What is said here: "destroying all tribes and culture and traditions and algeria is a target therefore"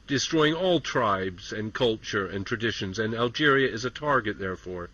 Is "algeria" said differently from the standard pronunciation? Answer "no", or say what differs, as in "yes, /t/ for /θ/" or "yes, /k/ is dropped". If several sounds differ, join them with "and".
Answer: no